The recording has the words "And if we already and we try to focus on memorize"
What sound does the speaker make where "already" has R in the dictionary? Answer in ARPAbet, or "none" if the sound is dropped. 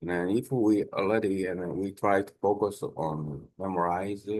none